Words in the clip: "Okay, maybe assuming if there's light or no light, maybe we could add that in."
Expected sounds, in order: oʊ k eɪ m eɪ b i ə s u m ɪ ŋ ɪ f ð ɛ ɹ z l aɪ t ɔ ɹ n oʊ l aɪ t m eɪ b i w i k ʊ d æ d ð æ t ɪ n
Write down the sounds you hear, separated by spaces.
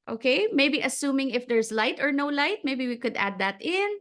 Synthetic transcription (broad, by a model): oʊ k eɪ m eɪ b i ə s u m ɪ ŋ ɪ f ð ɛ ɹ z l aɪ t ɔ ɹ n oʊ l aɪ t m eɪ b i w i k ʊ d æ d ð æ t ɪ n